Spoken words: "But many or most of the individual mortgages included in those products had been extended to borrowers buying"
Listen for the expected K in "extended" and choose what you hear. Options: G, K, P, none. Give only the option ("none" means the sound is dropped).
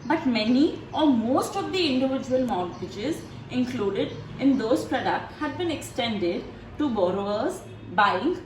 K